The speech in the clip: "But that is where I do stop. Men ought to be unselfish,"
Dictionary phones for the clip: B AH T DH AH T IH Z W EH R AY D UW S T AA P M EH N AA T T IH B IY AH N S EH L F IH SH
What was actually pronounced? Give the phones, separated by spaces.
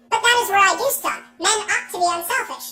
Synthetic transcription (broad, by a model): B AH T DH AH T IH Z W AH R AY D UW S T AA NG M EH N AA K T IH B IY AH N S EH L F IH SH